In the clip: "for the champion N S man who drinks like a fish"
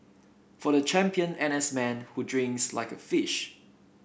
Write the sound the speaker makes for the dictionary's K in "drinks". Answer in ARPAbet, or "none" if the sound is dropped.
K